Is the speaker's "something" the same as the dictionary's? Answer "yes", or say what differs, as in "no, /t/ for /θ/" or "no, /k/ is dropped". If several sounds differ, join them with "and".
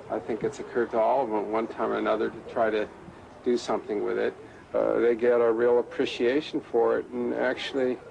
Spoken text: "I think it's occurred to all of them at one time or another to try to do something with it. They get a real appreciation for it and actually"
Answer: yes